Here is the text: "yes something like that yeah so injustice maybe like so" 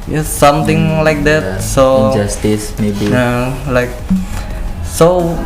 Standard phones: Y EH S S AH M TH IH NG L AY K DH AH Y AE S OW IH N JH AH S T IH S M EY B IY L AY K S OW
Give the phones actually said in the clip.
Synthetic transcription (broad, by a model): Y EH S S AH M T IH NG L AY K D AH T S OW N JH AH S T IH S M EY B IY L AY K S OW